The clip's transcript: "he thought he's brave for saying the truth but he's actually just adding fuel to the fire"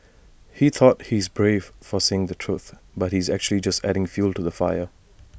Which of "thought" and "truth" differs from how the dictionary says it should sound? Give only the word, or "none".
none